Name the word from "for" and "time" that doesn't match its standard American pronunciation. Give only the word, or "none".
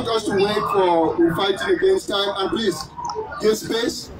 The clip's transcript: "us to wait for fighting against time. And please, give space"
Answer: for